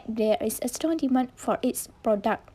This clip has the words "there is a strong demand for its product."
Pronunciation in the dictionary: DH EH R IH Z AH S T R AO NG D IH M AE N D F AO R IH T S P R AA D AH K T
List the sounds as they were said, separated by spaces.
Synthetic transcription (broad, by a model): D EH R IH S AH S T AO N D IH M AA N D F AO R IH T S P R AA D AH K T